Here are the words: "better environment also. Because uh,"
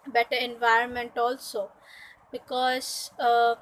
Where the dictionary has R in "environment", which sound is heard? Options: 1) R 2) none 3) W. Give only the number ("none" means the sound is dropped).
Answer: 1